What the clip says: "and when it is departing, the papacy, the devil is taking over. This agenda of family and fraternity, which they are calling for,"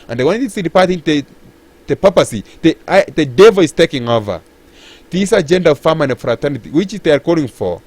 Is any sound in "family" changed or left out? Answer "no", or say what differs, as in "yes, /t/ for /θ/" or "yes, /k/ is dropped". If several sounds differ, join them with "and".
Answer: yes, /l/ is dropped